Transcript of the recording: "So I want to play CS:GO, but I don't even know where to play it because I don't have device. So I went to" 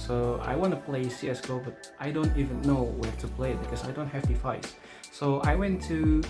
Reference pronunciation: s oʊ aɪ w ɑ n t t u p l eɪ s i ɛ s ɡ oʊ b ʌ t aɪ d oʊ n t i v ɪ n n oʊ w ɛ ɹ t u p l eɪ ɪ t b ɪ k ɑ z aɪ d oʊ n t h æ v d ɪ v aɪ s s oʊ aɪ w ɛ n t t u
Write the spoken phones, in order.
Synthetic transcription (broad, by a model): s oʊ aɪ w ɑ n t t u p l eɪ s i ɛ s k oʊ b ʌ t aɪ d oʊ n t i v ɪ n n oʊ w ɛ ɹ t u p l eɪ ɪ t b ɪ k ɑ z aɪ d oʊ n t h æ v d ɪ f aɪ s s oʊ aɪ w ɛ n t t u